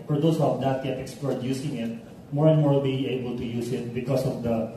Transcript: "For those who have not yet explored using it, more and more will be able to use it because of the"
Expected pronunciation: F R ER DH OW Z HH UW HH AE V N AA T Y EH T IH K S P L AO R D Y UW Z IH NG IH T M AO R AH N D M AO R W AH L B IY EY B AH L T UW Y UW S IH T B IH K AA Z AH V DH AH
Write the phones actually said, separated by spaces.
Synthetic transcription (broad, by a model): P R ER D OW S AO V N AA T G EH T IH K S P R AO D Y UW S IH NG IH T M AO R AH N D M AO R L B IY EY B AH L T UW Y UW S IH T B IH K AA S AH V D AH